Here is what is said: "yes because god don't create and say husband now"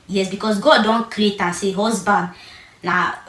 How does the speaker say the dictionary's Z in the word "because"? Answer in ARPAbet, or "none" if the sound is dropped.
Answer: S